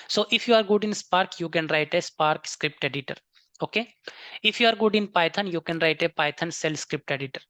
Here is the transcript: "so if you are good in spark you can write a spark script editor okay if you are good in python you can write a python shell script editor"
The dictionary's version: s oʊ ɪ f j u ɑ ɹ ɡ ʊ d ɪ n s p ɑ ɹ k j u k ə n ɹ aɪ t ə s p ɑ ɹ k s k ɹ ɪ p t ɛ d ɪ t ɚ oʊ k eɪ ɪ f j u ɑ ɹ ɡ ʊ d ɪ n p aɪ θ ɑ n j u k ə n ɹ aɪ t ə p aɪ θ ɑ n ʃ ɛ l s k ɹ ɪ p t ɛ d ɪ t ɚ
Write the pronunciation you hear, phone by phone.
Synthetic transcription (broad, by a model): s oʊ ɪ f j u ɑ ɹ ɡ ʊ d ɪ n s p ɑ ɹ k j u k ə n ɹ aɪ t ə s p ɑ ɹ k s k ɹ ɪ p t ɛ d ɪ t ɚ oʊ k eɪ ɪ f j u ɑ ɹ ɡ ʊ d ɪ n p aɪ t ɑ n j u k ə n ɹ aɪ t ə p aɪ t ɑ n s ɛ l s k ɹ ɪ p t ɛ d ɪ t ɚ